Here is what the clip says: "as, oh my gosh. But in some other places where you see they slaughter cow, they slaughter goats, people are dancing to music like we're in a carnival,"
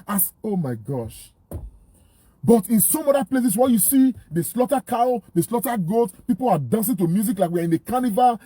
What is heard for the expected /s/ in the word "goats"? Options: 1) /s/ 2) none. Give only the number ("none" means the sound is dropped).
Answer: 2